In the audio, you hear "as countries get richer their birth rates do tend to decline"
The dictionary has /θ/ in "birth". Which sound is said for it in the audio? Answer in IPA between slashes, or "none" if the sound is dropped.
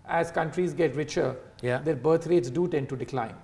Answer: /t/